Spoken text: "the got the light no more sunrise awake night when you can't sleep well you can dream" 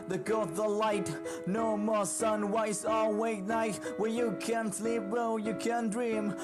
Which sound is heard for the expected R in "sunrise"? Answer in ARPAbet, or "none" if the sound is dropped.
W